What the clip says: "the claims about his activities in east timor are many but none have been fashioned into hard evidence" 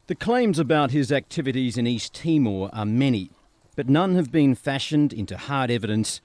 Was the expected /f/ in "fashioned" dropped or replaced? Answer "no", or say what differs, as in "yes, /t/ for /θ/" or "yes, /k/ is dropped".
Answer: no